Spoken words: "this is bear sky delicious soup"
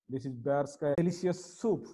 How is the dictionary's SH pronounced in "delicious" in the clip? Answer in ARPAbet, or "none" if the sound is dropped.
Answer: none